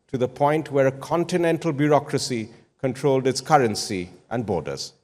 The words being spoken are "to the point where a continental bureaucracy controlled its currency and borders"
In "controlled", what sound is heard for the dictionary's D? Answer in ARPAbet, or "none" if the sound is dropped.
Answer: D